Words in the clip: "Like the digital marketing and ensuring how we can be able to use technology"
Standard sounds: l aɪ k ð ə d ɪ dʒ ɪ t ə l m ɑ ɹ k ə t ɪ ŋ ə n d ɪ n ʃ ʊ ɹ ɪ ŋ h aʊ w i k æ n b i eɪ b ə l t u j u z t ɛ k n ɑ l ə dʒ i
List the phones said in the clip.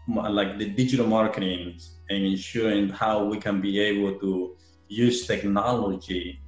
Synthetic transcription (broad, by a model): l aɪ k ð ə d ɪ dʒ ɪ t ə l m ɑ ɹ k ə t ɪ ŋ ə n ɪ n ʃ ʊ ɹ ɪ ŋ h aʊ w i k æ n b i eɪ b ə l t u j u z t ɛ k n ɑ l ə dʒ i